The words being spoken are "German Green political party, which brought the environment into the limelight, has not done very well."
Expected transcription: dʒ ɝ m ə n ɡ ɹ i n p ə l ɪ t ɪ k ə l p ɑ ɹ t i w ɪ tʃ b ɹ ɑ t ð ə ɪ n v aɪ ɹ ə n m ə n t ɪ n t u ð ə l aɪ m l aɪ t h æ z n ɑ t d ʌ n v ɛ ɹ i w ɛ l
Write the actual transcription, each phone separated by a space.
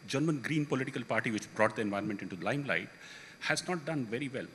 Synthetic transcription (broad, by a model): dʒ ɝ m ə n ɡ ɹ i n p ə l ɪ t ɪ k ə l p ɑ ɹ t i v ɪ tʃ b ɹ ɑ t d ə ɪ n v aɪ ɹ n m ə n t ɪ n t u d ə l aɪ m l aɪ t h æ z n ɑ t d ʌ n v ɛ ɹ i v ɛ l